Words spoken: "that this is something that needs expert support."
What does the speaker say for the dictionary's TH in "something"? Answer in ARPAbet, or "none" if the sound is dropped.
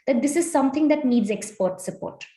T